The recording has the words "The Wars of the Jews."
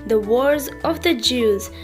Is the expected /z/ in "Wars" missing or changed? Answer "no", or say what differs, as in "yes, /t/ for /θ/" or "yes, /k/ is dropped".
no